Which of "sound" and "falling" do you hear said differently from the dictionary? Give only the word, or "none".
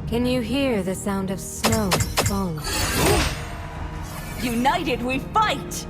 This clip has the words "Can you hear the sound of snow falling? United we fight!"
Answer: falling